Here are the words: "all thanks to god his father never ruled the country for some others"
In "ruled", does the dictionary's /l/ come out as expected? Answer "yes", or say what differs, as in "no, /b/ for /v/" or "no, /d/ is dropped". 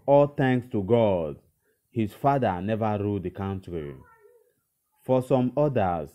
no, /l/ is dropped